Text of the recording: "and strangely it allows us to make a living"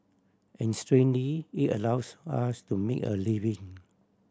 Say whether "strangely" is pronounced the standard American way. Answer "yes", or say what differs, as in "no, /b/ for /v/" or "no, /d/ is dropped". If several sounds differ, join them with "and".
no, /dʒ/ is dropped